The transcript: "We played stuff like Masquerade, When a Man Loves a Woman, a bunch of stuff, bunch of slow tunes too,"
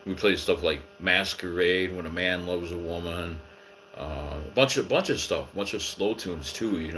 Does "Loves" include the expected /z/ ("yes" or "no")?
yes